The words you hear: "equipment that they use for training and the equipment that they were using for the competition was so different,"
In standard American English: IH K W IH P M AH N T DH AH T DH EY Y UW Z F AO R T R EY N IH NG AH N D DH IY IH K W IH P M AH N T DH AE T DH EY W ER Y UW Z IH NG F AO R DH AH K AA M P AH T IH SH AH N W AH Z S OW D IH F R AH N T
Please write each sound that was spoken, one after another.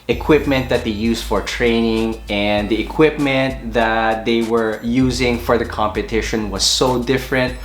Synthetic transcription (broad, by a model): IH K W IH P M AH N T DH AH T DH EY Y UW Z F AO R T R EY N IH NG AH N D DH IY IH K W IH P M AH N T DH AE T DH EY W ER Y UW Z IH NG F AO R DH AH K AA M P AH T IH SH AH N W AH Z S OW D IH F R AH N T